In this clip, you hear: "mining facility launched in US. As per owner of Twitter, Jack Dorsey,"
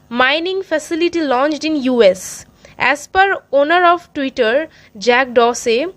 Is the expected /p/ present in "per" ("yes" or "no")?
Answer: yes